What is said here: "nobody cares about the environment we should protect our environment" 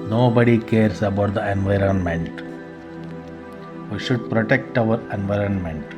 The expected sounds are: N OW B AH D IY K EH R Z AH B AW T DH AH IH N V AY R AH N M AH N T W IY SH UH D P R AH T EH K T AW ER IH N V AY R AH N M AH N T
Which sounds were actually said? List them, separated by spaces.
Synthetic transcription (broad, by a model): N OW B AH D IY K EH R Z AH B AW T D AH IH N V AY R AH N M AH N T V IY SH UH D P R AH T EH K T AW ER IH N V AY R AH N M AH N T